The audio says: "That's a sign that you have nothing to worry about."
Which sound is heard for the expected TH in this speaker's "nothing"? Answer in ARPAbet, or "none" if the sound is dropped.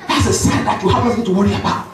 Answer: S